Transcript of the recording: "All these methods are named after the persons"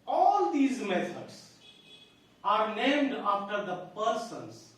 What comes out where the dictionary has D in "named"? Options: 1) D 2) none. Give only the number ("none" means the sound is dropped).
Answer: 1